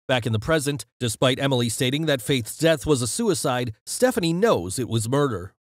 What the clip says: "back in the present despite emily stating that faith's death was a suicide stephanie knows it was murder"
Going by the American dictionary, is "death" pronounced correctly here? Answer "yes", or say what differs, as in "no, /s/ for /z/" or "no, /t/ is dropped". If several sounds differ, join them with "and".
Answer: yes